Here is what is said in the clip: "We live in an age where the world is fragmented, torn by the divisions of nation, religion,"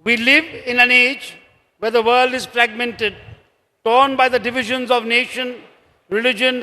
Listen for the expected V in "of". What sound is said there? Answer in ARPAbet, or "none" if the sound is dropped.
V